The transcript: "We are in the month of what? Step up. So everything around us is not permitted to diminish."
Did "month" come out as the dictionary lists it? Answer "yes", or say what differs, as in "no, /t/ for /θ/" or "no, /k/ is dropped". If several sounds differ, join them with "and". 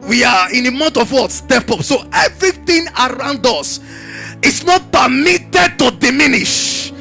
no, /t/ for /θ/